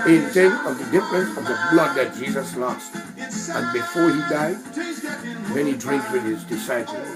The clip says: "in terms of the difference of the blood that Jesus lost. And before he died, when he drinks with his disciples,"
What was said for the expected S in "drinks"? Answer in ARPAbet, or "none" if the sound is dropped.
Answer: none